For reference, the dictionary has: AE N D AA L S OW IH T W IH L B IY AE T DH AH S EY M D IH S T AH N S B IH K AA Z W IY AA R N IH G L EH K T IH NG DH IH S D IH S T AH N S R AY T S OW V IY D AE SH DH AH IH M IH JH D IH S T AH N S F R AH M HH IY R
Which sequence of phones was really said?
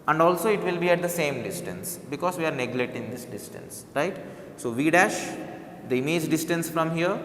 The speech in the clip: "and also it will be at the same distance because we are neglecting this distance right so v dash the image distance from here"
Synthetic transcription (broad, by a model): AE N D AA L S OW IH T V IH L B IY AE T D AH S EY M D IH S T AH N S B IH K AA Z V IY AA R N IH G L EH T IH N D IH S D IH S T AH N S R AY T S OW V IY D AE SH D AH M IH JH D IH S T AH N S F R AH M HH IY R